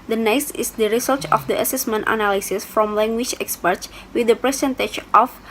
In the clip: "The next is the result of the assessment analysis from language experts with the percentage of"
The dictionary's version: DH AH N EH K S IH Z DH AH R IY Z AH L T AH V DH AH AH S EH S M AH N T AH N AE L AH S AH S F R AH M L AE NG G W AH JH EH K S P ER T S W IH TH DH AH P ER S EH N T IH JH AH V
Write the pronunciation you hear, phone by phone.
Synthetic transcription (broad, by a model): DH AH N EH K S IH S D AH R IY S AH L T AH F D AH AH S EH S M AH N T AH N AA L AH S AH S F R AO M L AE NG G W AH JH EH K S P ER T S W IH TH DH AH P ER S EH N T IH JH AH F